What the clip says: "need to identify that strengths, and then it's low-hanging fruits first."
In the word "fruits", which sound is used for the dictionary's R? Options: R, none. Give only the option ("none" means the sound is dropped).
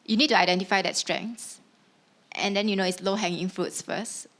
R